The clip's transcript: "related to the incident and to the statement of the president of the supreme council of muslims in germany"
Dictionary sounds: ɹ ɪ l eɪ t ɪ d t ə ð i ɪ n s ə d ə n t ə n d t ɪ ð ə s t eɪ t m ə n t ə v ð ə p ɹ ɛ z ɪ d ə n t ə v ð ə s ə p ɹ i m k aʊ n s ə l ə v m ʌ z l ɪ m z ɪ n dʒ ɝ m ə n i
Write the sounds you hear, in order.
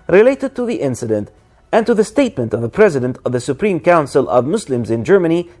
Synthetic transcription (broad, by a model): ɹ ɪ l eɪ t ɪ d t ə ð i ɪ n s ə d ə n t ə n t ɪ ð ə s t eɪ t m ə n t ə v ð ə p ɹ ɛ z ɪ d ə n t ə v ð ə s ə p ɹ i m k aʊ n s ə l ə v m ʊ s l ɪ m z ɪ n dʒ ɝ m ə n i